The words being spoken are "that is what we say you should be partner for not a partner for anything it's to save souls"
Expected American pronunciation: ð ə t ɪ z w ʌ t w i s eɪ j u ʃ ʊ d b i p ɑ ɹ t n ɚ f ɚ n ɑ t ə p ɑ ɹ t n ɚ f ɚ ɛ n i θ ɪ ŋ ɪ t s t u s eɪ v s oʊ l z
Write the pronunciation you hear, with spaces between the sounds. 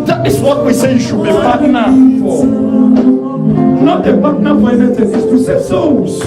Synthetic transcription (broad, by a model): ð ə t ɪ s w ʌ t w i s eɪ j u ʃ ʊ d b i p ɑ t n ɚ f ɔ n ɑ t ə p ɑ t n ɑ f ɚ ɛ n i s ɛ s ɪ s t u s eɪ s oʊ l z